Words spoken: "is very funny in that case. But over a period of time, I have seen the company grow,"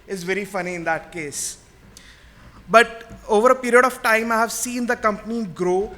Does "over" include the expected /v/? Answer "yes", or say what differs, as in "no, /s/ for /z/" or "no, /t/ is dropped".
yes